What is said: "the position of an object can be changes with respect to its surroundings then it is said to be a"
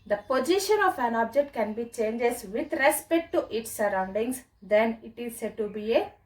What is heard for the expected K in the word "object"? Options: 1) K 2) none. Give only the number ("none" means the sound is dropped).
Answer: 1